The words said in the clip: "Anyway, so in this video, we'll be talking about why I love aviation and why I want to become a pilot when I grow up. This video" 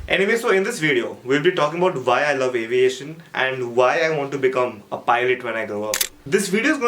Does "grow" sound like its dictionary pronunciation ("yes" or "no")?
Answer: no